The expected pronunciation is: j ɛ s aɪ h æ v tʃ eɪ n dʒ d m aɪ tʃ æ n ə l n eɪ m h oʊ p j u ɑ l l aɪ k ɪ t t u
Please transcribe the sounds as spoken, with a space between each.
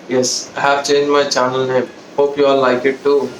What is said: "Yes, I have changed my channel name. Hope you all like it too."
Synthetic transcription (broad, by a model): j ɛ s aɪ h æ v tʃ eɪ n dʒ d m aɪ tʃ æ n ə l n eɪ m h oʊ p j u ɑ l l aɪ k ɪ t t u